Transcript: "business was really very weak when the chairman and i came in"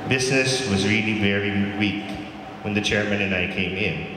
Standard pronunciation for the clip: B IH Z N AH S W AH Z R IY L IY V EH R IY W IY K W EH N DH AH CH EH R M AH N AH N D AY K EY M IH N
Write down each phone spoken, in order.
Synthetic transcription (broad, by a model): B IH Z N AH S W AH Z R IY L IY V EH R IY W IY K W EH N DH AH CH EH R M AH N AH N AY K EY M IH N